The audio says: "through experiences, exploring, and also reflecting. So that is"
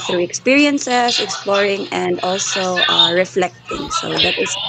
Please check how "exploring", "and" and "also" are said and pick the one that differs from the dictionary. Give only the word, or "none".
none